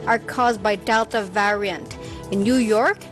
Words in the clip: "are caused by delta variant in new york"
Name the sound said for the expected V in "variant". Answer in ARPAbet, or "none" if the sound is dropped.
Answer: V